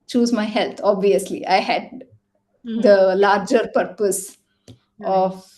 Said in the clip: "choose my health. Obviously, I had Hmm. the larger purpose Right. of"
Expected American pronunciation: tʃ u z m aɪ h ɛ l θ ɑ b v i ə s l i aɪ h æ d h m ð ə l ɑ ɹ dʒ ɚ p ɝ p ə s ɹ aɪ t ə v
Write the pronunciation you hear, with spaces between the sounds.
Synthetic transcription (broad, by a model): tʃ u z m aɪ h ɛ l t ɑ b v i ə s l i aɪ h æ d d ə l ɑ ɹ dʒ ɚ p ɝ p ə s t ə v